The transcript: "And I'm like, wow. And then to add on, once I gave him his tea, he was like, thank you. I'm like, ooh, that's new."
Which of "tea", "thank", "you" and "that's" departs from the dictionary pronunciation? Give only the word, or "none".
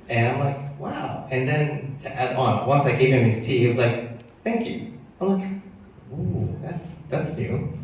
none